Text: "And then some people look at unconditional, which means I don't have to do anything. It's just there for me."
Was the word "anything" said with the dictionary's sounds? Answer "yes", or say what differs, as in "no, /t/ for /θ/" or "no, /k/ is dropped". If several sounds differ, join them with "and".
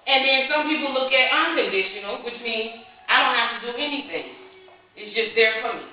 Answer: yes